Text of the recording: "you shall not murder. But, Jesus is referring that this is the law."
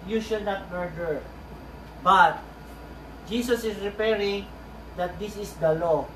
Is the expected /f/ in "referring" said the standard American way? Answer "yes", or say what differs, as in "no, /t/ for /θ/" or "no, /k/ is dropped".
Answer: no, /p/ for /f/